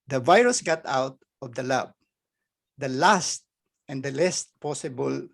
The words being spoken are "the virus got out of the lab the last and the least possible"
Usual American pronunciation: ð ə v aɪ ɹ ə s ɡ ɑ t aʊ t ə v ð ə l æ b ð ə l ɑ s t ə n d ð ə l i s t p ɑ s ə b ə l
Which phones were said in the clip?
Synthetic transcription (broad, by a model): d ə v aɪ ɹ ə s ɡ ɑ t aʊ t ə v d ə l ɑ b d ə l ɑ s t ə n d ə l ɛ s t p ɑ s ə b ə l